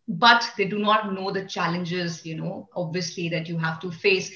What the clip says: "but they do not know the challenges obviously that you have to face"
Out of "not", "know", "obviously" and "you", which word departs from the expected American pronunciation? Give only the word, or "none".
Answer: none